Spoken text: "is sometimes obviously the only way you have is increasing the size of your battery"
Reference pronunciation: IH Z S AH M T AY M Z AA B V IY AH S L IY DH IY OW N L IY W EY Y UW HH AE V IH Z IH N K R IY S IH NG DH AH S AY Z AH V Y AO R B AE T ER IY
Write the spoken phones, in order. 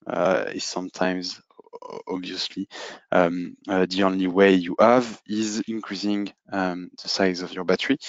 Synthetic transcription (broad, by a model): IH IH S AH M T AY M Z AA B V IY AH S L IY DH IY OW N L IY W EY Y UW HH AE V IH Z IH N K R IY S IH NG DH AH S AY Z AH V Y AO R B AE T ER IY